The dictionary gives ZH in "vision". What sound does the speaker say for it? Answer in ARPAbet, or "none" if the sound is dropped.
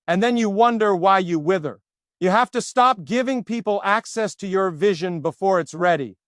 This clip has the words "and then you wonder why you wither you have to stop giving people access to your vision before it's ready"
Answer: ZH